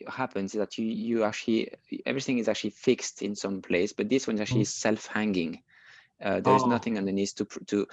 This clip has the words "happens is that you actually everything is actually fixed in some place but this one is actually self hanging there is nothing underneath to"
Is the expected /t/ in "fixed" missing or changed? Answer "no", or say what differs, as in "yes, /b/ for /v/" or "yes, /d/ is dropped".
no